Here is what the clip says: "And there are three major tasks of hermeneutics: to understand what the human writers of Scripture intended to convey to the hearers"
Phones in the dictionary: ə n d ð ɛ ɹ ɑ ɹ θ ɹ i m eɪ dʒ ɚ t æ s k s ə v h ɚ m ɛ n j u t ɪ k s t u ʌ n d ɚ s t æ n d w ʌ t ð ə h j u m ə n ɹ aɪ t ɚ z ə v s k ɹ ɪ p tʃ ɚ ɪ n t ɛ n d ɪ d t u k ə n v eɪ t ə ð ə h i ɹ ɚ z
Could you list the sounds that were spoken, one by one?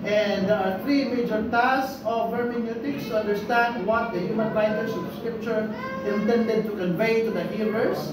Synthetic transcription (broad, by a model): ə n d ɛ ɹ ɑ ɹ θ ɹ i m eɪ dʒ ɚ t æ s s ə v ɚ m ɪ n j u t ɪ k s t u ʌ n d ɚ s t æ n d w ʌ t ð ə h j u m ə n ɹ aɪ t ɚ s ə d s k ɹ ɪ p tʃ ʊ ɪ n t ɛ n d ɪ d t u k ə n v eɪ t ə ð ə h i ɹ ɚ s